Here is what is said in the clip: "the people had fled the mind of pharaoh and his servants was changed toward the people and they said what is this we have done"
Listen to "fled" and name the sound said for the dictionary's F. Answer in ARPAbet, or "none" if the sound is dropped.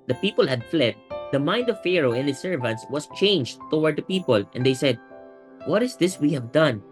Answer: F